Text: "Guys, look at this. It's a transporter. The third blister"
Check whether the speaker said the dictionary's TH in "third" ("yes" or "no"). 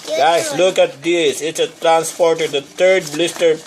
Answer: no